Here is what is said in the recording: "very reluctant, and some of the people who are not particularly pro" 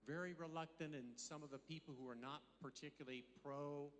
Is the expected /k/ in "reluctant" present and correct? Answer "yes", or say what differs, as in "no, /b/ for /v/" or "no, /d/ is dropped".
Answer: yes